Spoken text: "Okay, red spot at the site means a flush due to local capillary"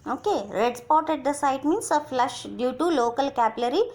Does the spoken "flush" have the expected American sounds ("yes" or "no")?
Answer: yes